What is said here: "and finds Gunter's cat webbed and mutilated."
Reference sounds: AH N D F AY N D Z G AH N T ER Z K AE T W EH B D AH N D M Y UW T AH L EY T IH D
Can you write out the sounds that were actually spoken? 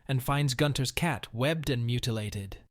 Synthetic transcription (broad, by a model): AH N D F AY N D Z G AH N T ER Z K AE T W EH B D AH N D M Y UW T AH L EY T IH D